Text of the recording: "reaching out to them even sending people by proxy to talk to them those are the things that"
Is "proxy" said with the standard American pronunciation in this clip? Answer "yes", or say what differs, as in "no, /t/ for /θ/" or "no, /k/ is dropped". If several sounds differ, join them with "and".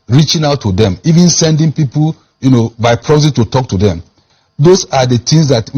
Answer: no, /k/ is dropped